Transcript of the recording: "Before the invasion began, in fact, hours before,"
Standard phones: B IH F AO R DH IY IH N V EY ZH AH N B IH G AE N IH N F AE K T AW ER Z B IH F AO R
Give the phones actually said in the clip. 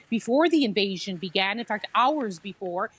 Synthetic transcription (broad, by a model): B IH F AO R DH IY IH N V EY ZH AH N B IH G AE N IH N F AE K T AW ER Z B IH F AO R